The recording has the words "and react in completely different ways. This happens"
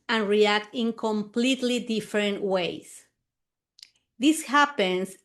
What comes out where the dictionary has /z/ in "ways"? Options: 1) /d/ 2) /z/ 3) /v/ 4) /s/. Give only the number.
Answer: 4